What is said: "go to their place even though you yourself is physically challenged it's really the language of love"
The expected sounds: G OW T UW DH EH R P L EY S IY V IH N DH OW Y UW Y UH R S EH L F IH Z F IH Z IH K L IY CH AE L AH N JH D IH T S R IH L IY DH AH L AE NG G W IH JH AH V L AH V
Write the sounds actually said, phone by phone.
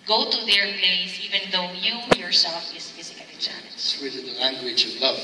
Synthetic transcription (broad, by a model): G OW T UW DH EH R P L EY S IY V IH N DH OW Y UW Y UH R S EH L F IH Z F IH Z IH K IY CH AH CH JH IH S W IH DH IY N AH L AE NG G W IH JH AH V L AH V